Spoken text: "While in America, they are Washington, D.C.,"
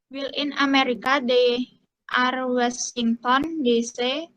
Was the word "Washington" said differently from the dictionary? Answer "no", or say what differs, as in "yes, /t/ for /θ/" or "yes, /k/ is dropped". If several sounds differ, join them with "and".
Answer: yes, /s/ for /ʃ/